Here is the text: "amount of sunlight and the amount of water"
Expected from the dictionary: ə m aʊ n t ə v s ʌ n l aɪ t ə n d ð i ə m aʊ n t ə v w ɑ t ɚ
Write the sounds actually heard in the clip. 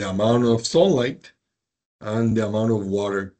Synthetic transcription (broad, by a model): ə m aʊ n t ə v s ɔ l l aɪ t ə n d ð i ə m aʊ n t ə v w ɑ t ɚ